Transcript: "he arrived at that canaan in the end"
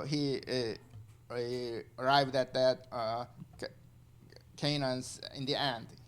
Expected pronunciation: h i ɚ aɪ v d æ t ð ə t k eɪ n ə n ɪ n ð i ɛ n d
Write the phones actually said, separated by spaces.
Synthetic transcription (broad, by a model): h i ɚ aɪ v d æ t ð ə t k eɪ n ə n ɪ n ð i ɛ n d